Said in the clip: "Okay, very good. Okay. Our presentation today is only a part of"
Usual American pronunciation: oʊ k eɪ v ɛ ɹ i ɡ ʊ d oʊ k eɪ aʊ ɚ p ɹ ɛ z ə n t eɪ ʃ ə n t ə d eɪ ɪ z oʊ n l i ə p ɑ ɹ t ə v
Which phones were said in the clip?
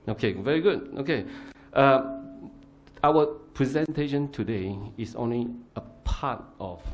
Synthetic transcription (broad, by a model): oʊ k eɪ v ɛ ɹ i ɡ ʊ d oʊ k eɪ aʊ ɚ p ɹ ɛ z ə n t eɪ ʃ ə n t ə d eɪ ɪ s oʊ n l i ə p ɑ t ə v